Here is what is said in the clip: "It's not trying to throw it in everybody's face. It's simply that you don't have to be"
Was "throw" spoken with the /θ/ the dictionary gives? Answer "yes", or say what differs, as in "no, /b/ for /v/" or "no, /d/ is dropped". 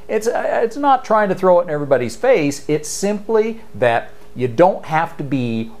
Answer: yes